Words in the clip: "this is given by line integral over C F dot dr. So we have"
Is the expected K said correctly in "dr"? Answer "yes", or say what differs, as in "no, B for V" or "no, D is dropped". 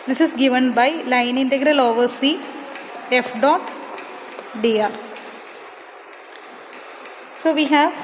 no, K is dropped